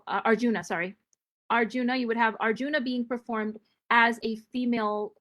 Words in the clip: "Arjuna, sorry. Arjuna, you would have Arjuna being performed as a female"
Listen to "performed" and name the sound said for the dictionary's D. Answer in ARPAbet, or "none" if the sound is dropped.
D